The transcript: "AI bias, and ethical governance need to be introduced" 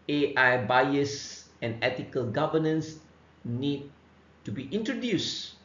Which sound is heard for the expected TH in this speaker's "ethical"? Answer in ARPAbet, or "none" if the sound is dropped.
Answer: T